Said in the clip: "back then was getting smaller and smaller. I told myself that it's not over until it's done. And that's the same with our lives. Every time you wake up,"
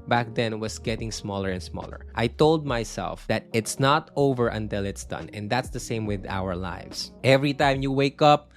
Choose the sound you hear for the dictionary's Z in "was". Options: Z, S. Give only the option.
S